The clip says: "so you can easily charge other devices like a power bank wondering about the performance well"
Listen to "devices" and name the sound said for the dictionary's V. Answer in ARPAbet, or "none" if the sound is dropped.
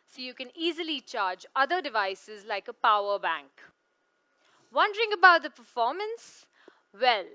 V